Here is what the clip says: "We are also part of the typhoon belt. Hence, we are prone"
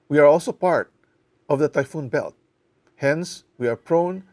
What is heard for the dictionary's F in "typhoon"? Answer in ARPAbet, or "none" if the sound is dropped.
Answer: F